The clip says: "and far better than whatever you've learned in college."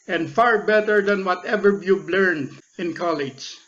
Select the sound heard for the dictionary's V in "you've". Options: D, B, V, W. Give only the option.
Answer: B